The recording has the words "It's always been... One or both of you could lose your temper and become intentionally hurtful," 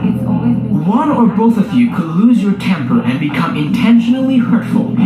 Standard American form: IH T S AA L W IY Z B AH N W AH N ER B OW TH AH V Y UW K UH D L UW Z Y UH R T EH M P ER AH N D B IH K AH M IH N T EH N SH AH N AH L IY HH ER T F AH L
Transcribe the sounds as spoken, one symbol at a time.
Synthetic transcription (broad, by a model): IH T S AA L W AH N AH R B OW TH AH V Y UW K UH D L UW Z Y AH R T EH M P ER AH N B IH K AH M IH N T EH N SH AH N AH L IY HH ER T F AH L